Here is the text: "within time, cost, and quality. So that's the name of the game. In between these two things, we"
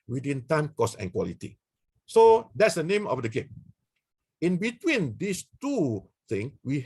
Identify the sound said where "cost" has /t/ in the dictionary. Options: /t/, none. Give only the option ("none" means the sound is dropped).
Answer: none